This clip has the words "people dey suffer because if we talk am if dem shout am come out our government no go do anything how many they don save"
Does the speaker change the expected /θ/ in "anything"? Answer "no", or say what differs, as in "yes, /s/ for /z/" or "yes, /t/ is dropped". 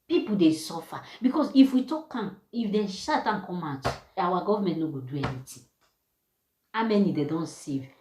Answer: yes, /t/ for /θ/